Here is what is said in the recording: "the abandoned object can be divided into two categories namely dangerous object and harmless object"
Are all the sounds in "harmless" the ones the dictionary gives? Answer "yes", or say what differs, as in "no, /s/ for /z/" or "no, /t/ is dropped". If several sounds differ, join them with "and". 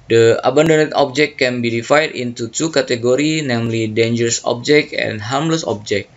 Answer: yes